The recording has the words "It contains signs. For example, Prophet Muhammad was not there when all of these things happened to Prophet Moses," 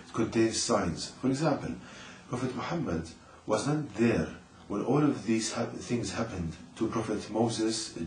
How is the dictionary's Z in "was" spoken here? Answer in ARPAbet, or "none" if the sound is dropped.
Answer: Z